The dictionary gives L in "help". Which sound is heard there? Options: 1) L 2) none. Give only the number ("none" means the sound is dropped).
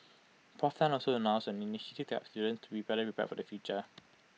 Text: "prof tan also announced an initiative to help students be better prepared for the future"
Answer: 2